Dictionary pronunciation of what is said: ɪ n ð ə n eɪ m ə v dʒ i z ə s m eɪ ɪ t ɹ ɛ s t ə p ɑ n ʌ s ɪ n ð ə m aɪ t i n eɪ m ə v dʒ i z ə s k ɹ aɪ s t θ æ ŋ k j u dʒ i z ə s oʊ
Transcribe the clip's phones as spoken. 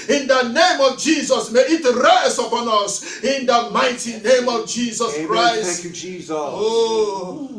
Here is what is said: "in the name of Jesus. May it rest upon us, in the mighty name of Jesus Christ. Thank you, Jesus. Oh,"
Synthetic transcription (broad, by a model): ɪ n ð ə n eɪ m ə v dʒ i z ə s m eɪ ɪ t ɹ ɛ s ə p ɑ n ʌ s ɪ n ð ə m aɪ t i n eɪ m ə v dʒ i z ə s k ɹ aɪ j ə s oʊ